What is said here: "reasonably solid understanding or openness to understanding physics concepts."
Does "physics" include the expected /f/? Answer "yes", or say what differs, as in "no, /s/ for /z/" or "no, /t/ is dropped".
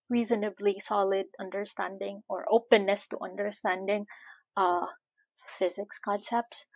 yes